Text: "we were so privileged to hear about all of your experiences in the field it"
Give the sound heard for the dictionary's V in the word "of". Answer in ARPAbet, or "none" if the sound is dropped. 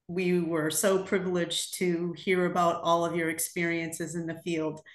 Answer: V